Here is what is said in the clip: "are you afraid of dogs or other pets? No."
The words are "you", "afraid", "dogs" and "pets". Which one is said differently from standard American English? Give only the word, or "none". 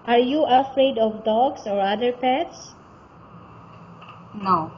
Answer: dogs